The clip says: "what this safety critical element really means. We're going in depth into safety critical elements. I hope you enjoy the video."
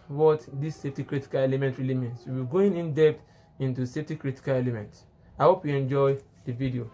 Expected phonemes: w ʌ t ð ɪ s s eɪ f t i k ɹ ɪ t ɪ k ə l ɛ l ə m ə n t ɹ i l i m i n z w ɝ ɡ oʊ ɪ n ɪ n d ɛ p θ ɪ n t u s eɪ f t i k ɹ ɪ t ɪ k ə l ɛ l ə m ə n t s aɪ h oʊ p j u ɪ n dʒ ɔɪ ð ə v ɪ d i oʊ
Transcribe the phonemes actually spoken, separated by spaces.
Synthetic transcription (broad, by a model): w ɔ t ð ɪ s s eɪ f t i k ɹ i t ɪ k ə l ɛ l ə m ə n t ɹ i l i m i n s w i ɡ oʊ ɪ n ɪ n d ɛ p t ɪ n t u s eɪ f t i k ɹ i t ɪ k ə l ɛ l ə m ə n t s aɪ h oʊ p j u ɪ n dʒ ɔɪ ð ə v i d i oʊ